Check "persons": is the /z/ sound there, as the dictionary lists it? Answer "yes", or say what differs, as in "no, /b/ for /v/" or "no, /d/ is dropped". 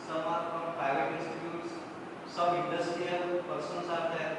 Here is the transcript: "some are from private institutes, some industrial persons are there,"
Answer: no, /s/ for /z/